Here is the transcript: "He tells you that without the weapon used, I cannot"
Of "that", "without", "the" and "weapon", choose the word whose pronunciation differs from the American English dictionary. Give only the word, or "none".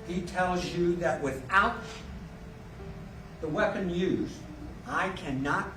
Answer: none